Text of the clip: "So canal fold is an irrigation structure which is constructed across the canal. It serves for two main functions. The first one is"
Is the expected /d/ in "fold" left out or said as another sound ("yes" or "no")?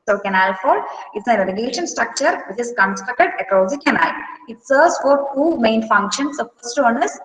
yes